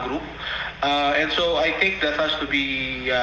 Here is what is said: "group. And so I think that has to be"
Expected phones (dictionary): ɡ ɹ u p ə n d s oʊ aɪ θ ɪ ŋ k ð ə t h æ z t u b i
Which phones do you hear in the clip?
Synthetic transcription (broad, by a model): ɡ ɹ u p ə n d s oʊ aɪ t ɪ ŋ k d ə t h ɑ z t u b i